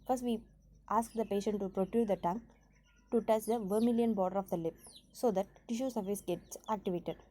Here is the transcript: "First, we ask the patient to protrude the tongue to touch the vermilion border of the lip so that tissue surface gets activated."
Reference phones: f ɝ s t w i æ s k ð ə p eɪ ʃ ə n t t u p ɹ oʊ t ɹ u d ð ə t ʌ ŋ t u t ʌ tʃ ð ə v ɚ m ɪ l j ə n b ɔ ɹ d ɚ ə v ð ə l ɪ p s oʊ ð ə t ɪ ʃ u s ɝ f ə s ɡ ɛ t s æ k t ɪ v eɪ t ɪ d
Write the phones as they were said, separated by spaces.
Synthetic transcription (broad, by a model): f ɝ s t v i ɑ s k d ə p eɪ ʃ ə n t t u p ɹ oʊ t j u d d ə t ʌ ŋ t u t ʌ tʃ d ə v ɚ m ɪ l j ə n b ɔ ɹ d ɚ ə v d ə l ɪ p s oʊ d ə t ɪ ʃ u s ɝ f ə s ɡ ɛ t s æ k t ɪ v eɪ t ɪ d